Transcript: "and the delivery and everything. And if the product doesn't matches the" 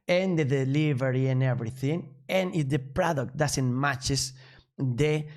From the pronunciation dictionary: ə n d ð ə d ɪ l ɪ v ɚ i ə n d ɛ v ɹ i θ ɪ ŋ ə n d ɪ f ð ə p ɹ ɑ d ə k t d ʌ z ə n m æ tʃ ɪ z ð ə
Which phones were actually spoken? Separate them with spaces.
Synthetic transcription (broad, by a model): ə n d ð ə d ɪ l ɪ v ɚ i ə n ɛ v ɹ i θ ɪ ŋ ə n ɪ f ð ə p ɹ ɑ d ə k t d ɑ s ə n m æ tʃ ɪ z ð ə